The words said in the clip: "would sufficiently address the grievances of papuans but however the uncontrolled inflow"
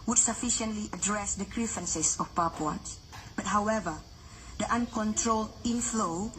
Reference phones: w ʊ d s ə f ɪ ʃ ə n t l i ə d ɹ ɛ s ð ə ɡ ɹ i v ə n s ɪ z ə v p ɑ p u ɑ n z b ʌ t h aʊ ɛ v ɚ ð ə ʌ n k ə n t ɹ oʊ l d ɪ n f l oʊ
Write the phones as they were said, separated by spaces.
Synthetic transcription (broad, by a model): w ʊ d s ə f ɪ ʃ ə n t l i ə d ɹ ɛ s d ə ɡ ɹ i f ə n s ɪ s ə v p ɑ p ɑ n s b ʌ t h aʊ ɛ v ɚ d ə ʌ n k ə n t ɹ oʊ l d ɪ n f l oʊ